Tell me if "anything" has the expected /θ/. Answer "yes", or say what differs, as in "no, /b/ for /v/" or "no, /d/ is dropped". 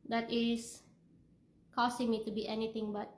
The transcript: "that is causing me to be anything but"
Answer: no, /t/ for /θ/